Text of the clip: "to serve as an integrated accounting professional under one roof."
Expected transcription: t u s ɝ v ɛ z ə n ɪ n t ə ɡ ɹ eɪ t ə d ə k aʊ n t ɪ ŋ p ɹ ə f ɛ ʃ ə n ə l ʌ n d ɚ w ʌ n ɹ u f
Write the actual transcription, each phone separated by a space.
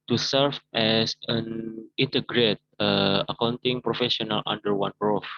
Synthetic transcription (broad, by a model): t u s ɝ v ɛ s ə n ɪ n t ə ɡ ɹ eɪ t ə ə k aʊ n t ɪ ŋ p ɹ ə f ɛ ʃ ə n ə l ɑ n d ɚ w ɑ n ɹ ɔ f